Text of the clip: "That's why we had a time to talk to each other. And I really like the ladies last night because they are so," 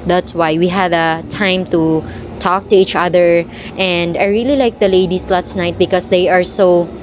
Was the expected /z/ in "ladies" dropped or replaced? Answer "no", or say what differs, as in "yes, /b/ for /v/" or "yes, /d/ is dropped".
yes, /s/ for /z/